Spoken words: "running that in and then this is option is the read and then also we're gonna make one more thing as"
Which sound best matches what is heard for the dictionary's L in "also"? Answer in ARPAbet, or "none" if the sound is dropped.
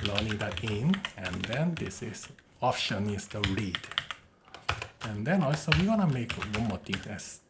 L